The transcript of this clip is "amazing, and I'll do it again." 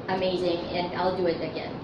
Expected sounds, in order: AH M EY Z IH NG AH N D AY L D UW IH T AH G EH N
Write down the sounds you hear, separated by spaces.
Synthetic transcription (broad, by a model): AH M EY Z IH NG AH N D AY L D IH IH T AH G EH N